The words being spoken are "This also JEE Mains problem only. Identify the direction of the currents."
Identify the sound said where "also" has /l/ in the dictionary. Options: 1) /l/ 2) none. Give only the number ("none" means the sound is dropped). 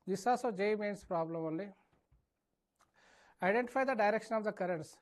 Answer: 2